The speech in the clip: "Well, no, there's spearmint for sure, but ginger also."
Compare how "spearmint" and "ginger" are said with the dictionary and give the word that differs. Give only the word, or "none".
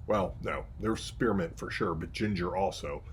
none